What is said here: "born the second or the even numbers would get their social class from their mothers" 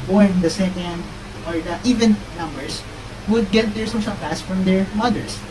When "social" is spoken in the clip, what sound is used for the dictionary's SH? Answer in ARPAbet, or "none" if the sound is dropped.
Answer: S